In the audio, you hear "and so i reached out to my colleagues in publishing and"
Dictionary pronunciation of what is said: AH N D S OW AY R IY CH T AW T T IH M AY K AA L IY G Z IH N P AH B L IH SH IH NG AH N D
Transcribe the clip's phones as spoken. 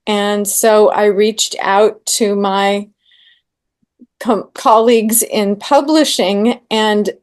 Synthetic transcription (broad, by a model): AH N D S OW AY R IY CH T AW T T IH M AY K AA L IY G Z IH N P AH B L IH SH IH NG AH N